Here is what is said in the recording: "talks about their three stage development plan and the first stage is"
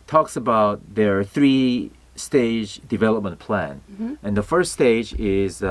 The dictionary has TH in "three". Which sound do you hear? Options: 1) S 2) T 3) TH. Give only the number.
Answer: 3